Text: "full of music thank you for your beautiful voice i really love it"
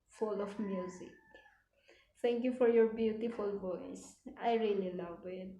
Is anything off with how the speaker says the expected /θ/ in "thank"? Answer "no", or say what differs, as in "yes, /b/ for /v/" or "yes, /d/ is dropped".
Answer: yes, /t/ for /θ/